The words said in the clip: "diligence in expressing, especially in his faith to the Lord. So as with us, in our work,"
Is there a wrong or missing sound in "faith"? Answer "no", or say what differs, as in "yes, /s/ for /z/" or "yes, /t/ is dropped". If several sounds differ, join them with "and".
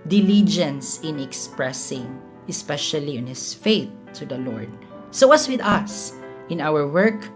no